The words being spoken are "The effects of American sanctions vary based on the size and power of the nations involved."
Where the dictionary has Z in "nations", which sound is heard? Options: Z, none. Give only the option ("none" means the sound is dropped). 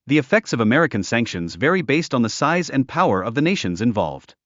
Z